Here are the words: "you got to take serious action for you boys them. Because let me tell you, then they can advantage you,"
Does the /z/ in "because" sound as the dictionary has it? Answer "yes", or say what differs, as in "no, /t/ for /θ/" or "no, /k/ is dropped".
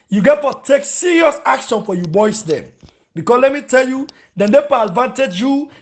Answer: no, /s/ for /z/